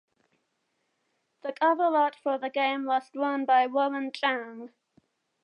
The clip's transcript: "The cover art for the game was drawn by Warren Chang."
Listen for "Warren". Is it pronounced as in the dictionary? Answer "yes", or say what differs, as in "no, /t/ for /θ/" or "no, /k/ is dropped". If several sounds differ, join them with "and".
no, /l/ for /ɹ/